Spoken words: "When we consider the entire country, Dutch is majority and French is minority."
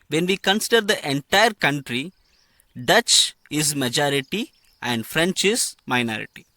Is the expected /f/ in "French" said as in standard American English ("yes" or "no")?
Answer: yes